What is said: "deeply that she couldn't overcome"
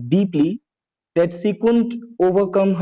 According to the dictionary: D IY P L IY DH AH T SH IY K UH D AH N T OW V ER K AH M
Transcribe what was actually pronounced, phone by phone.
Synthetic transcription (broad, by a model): D IY P L IY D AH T S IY K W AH N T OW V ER K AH M